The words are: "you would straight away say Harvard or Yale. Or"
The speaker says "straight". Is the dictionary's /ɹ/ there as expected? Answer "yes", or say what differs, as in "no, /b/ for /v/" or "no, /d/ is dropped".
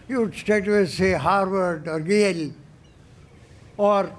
no, /ɹ/ is dropped